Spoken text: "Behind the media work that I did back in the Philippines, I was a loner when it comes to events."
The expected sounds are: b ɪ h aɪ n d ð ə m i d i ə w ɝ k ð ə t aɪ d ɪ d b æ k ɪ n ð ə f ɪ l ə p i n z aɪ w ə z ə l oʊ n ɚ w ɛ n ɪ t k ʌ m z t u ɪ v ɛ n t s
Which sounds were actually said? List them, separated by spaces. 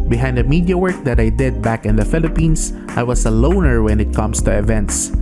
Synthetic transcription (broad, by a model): b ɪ h aɪ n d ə m i d i ə w ɝ k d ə t aɪ d ɪ d b æ k ɪ n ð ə f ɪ l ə p i n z aɪ w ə s ə l oʊ n ɚ w ɛ n ɪ t k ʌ m s t u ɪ v ɛ n t s